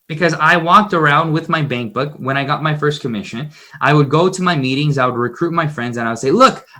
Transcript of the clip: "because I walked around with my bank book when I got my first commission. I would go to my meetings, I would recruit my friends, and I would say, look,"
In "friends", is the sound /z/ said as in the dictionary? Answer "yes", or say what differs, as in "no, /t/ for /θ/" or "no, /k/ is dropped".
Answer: yes